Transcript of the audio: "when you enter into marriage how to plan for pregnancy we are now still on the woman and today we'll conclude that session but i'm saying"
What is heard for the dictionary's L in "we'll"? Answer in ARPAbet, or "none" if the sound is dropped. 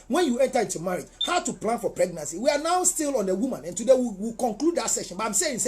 W